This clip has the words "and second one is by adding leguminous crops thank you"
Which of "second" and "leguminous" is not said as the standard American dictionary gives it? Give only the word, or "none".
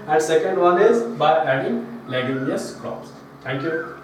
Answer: leguminous